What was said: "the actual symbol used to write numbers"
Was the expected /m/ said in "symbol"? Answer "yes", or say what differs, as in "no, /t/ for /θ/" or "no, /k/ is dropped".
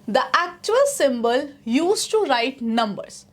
yes